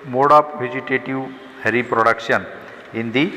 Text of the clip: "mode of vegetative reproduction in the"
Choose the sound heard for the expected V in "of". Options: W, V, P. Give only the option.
P